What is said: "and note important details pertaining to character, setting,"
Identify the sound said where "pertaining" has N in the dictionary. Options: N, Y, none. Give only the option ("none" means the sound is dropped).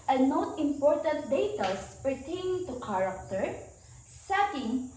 none